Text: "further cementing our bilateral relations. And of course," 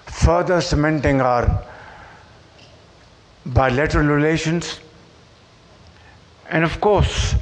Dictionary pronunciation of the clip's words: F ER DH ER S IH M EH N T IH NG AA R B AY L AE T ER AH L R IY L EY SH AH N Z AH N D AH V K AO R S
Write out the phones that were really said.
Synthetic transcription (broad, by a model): F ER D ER S IH M EH N T IH NG AA R B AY L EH T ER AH L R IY L EY SH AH N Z AH N D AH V K AO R S